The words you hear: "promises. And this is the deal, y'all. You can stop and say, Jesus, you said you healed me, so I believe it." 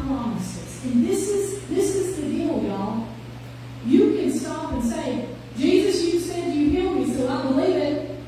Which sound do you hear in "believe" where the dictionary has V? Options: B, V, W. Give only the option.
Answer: V